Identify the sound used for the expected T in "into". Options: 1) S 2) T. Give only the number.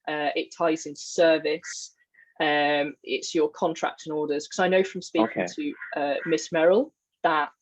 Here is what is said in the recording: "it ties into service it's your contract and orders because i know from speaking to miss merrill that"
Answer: 1